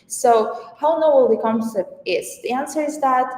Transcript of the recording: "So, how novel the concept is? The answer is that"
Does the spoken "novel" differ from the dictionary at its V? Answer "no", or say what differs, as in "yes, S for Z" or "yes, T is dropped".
yes, W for V